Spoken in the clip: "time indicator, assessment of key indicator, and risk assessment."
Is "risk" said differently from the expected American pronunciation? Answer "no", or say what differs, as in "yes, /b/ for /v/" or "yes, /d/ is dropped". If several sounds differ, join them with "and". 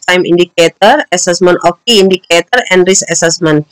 yes, /k/ is dropped